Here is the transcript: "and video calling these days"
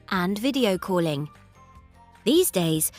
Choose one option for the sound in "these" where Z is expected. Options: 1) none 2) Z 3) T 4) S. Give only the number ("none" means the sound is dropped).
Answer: 2